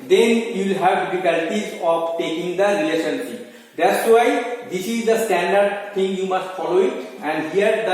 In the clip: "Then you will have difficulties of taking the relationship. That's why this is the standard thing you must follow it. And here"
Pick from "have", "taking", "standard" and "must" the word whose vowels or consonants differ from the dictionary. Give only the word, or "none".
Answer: none